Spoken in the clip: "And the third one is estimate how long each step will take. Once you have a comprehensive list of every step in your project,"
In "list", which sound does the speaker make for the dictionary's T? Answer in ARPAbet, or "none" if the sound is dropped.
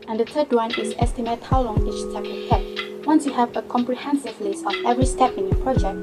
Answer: none